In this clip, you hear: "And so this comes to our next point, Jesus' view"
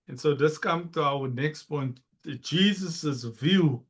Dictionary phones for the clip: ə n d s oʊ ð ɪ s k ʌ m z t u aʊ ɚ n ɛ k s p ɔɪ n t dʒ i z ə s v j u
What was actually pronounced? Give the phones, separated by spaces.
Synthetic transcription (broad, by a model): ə n s oʊ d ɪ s k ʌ m t u aʊ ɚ n ɛ k s p ɔɪ n t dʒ i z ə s v j u